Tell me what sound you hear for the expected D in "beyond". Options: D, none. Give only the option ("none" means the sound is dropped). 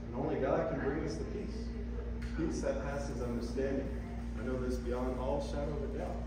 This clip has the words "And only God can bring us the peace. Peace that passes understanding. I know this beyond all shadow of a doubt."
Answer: none